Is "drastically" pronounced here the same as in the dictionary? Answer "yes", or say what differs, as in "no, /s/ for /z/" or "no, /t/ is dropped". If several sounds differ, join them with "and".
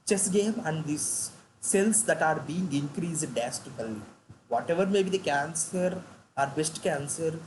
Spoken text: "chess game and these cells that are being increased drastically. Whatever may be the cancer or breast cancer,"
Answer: no, /ɹ/ is dropped